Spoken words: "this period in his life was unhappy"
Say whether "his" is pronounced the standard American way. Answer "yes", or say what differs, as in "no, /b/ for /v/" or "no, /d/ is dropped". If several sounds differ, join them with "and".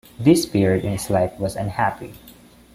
no, /s/ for /z/